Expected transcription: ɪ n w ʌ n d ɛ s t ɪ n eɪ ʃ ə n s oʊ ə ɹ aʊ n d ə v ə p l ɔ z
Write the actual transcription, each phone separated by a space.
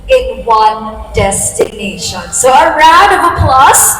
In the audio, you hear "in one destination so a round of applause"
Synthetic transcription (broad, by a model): ɪ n w ʌ n d ɛ s t ɪ n eɪ ʃ ə n s oʊ ə ɹ aʊ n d ə v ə p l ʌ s